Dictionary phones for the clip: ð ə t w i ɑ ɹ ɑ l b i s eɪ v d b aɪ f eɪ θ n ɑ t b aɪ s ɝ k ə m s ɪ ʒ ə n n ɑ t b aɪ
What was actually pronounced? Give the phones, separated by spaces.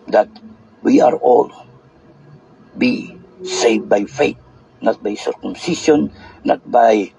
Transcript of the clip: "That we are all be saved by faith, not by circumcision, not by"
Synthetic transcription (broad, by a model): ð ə t w i ɑ ɹ ɑ l b i s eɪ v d b aɪ f eɪ t n ɑ t b aɪ s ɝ k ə m s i ʃ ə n n ɑ t b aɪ